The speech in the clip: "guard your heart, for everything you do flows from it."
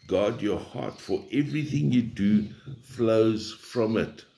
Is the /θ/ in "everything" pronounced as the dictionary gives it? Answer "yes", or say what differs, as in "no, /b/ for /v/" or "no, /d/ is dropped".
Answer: yes